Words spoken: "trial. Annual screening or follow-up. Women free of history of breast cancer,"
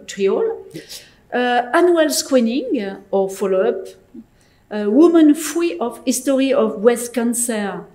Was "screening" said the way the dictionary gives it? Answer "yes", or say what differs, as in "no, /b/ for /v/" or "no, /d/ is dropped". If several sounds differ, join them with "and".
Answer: no, /w/ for /ɹ/